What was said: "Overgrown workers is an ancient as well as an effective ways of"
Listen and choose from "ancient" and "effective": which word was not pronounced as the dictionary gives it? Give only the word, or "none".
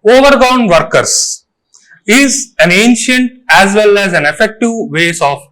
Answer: none